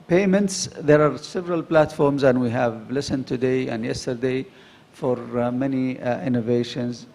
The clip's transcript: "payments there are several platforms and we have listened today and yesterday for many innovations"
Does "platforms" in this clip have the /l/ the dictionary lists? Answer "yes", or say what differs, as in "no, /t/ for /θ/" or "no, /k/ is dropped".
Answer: yes